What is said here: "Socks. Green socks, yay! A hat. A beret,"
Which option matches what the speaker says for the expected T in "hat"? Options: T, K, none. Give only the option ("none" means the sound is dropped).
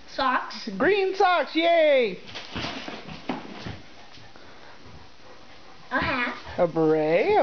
none